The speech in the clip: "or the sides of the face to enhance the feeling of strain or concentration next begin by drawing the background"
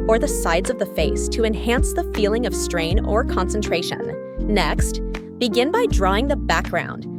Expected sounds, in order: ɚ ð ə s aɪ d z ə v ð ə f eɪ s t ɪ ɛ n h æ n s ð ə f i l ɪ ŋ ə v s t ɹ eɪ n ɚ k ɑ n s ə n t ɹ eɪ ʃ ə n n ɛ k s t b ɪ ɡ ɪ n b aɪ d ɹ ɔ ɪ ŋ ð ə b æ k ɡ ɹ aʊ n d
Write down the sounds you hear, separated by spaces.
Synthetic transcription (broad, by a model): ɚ ð ə s aɪ d z ə v ð ə f eɪ s t ɪ ɛ n h æ n s ð ə f i l ɪ ŋ ə v s t ɹ eɪ n ɚ k ɑ n s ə n t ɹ eɪ ʃ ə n n ɛ k s t b ɪ ɡ ɪ n b aɪ d ɹ ɔ ɪ ŋ ð ə b æ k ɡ ɹ aʊ n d